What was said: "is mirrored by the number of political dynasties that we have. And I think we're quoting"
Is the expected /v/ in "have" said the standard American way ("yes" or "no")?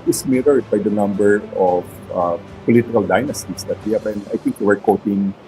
no